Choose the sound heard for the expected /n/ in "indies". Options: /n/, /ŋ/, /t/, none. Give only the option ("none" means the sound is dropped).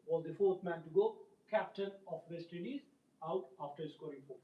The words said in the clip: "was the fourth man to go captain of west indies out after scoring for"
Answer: none